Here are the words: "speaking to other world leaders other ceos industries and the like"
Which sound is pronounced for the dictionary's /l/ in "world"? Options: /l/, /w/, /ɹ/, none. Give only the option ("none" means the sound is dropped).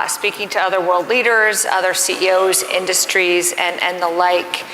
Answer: /l/